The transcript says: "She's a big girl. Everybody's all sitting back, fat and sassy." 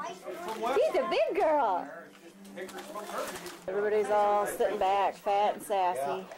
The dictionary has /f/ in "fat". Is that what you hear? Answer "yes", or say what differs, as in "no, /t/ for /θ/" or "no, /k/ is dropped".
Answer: yes